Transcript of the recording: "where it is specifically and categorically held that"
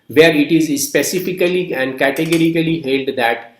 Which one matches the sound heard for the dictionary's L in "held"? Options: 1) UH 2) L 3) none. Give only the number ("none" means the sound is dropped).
2